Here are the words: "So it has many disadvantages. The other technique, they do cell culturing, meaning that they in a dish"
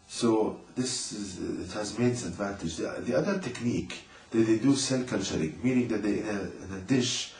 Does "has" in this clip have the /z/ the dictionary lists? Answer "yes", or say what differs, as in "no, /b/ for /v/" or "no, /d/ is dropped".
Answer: yes